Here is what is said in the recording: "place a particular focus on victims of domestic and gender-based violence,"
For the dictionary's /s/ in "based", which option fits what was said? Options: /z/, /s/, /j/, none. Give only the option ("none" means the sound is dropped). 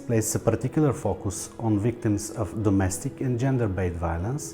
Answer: none